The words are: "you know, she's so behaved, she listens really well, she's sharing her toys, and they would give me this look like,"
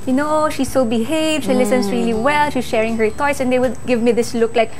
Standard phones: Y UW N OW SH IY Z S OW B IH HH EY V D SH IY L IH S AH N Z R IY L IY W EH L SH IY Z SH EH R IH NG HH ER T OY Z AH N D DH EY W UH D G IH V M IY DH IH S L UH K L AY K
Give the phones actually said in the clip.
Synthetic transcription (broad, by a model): Y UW N OW SH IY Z S OW B IH HH EY V D SH IY L IH S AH N S R IY L IY W EH L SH IY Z SH EH R IH NG HH ER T OY S AH N D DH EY W UH D G IH V M IY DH IH S L UH K L AY K